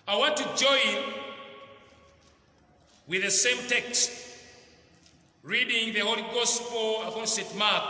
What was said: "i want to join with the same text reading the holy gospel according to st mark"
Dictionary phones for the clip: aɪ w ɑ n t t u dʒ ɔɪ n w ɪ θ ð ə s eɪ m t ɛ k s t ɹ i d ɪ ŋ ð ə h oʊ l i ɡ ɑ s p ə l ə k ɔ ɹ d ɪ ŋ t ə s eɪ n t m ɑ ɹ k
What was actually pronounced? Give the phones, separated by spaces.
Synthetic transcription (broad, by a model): aɪ w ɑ n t t u dʒ ɔɪ n w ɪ ð ə s eɪ m t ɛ k s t ɹ i d ɪ ŋ ð ə h oʊ l i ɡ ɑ s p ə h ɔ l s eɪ t m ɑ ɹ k